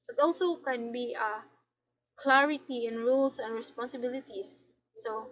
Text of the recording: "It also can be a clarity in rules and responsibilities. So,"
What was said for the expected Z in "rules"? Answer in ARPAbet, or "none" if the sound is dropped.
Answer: S